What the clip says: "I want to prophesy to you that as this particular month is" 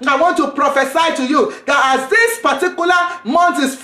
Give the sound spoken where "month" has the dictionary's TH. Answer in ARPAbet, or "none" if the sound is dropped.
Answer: T